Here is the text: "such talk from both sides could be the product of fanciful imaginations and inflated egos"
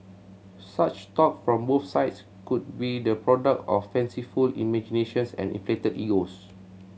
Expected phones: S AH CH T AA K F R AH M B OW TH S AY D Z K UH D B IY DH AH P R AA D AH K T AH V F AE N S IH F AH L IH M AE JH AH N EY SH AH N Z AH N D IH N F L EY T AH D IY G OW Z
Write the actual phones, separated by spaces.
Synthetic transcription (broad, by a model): S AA CH T AA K F R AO M B OW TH S AY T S K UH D B IY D AH P R AA D AH K T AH F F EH N S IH F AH L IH M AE JH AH N EY SH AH N S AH N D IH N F L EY T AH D IY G OW S